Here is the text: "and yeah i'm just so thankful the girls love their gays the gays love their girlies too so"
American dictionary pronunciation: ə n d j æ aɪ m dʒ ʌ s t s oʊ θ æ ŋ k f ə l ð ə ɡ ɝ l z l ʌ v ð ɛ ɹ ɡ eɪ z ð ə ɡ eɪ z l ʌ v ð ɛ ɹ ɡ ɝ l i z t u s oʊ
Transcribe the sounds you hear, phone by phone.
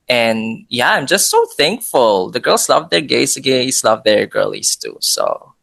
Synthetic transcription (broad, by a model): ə n j æ aɪ m dʒ ʌ s t s oʊ θ æ ŋ k f ə l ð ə ɡ ɝ l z l ʌ v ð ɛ ɹ ɡ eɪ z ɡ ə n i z l ʌ v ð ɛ ɹ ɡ ɝ l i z t u s oʊ